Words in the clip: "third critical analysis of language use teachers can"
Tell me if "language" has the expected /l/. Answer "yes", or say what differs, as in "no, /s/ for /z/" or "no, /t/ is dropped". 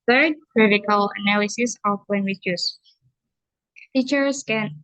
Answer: no, /w/ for /l/